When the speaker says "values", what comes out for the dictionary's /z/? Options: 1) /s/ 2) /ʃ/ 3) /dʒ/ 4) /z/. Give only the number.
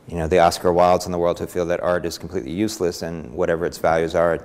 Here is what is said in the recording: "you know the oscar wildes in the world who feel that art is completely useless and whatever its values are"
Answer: 4